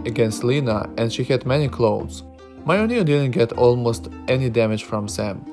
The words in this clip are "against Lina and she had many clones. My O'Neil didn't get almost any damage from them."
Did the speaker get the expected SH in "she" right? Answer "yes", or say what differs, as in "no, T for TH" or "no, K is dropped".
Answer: yes